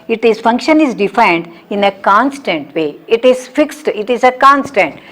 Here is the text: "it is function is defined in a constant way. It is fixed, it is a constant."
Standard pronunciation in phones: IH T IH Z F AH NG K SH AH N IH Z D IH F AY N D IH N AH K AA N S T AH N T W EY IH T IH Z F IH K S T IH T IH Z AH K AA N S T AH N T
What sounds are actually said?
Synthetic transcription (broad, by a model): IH T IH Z F AH NG K SH AH N IH Z D IH F AY N D IH N AH K AA N S T AH N T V EY IH T IH Z F IH K S T IH T IH Z AH K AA N S T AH N T